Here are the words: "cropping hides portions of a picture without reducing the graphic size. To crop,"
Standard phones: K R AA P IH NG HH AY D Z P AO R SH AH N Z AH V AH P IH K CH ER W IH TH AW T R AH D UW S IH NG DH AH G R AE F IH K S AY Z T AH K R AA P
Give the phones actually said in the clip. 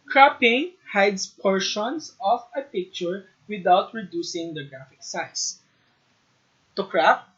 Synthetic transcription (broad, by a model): K R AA P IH NG HH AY D S P AO R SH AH N S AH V AH P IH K CH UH W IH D AW T R AH D UW S IH NG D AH G R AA F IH K S AY S T AH K R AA P